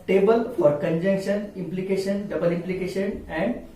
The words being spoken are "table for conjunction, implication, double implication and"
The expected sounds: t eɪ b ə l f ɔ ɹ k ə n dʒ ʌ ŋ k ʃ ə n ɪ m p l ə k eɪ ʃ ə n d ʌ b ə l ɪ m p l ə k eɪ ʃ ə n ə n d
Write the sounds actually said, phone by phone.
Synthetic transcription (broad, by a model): t eɪ b ə l f ɔ ɹ k ə n dʒ ʌ ŋ k ʃ ə n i m p l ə k eɪ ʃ ə n d ʌ b ə l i m p l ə k eɪ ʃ ə n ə n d